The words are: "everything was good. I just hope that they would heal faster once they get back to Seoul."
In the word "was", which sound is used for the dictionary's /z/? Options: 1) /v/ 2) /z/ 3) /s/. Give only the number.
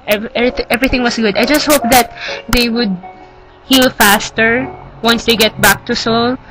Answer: 3